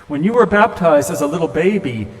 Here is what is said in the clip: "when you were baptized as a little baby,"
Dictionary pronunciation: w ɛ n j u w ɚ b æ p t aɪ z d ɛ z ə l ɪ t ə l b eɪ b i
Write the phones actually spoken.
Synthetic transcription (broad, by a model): w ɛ n j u w ɚ b æ p t aɪ z d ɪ z ə l ɪ t l b eɪ b i